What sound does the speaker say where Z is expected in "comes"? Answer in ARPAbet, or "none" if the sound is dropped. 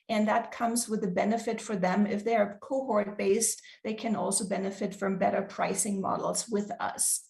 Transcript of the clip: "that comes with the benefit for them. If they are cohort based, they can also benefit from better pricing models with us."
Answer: Z